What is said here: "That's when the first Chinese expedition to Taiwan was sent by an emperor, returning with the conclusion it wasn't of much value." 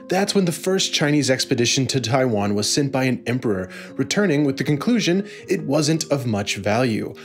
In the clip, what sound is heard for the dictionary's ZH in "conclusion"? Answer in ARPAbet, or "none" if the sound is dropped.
ZH